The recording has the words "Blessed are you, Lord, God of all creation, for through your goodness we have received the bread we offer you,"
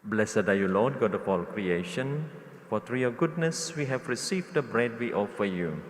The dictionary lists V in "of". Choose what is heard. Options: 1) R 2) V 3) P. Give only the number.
3